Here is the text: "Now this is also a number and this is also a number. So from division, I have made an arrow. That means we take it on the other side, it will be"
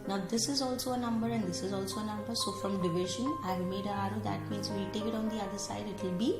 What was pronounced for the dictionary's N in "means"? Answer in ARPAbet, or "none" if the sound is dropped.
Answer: none